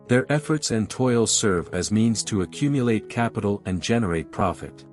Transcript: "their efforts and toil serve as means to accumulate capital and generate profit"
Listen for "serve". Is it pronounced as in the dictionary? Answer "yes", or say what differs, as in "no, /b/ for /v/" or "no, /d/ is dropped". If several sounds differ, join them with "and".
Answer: yes